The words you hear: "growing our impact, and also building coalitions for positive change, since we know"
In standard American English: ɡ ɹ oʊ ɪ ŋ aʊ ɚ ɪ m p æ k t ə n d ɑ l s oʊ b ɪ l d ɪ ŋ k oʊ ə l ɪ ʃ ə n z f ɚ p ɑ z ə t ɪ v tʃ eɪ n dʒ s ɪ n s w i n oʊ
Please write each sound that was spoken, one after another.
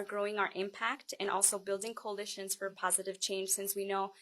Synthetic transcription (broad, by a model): ɡ ɹ oʊ ɪ ŋ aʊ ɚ ɪ m p æ k t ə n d ɑ l s oʊ b ɪ l d ɪ ŋ k oʊ ə l ɪ ʃ ə n z f ɚ p ɑ z ə t ɪ v tʃ eɪ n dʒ s ɪ n s w i n oʊ